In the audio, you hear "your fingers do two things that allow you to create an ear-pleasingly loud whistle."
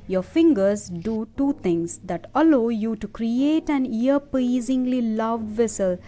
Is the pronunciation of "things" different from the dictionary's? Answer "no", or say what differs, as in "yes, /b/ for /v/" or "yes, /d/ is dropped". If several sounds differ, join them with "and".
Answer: yes, /t/ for /θ/